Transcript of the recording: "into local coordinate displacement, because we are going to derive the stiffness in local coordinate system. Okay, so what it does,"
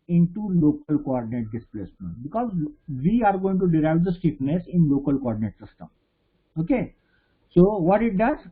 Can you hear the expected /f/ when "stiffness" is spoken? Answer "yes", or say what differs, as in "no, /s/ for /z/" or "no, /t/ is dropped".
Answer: no, /p/ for /f/